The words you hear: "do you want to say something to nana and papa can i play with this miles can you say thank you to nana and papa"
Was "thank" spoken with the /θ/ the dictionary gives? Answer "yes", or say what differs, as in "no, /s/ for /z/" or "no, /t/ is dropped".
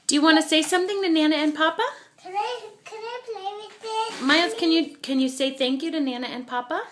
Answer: yes